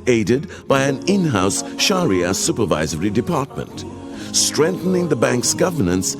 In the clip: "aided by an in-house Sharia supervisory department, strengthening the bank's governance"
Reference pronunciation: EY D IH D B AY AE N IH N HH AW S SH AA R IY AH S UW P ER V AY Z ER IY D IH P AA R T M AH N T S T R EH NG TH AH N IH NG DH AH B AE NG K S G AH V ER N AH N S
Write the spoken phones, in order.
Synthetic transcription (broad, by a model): EY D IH D B AY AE N IH N HH AW S SH AA R IY AH S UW P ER V AY Z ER IY D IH P AA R T M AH N T S T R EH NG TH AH N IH NG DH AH B AE NG K S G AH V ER N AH N S